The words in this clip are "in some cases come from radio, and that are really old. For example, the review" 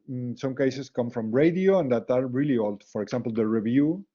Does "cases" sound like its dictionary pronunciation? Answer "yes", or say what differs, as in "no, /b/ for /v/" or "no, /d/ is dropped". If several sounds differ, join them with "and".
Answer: no, /s/ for /z/